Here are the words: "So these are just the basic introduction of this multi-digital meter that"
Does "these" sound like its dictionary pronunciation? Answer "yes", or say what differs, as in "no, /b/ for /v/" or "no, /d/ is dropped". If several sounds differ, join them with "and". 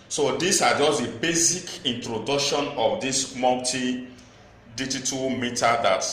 no, /s/ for /z/